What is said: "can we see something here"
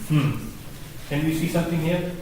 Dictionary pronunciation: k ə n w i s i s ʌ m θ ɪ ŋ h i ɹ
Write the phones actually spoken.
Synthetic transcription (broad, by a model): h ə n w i s i s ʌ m t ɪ ŋ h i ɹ